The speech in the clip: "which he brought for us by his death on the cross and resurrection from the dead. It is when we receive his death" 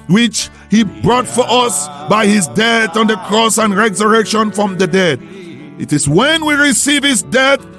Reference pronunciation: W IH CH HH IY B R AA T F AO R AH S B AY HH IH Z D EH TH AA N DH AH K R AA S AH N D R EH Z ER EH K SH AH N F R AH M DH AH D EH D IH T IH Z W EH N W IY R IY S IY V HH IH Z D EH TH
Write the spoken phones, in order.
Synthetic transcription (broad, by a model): W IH CH HH IY B R AA T F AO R AH S B AY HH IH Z D EH TH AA N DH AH K R AA S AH N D R EH Z ER EH K SH AH N F R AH M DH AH D EH D IH T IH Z W EH N W IY R IY S IY V HH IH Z D EH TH